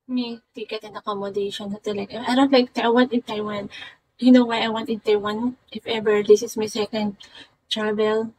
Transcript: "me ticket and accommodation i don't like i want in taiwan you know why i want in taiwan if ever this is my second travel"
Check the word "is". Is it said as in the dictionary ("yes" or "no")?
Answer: no